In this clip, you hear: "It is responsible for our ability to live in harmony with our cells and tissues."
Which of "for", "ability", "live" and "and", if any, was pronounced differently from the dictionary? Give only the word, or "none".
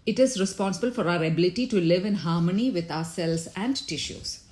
none